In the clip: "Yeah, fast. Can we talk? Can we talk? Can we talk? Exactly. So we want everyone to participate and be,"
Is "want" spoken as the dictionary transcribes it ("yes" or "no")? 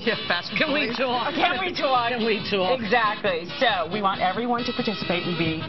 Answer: yes